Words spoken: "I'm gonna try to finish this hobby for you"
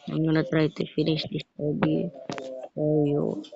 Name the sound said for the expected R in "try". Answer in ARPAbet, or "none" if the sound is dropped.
R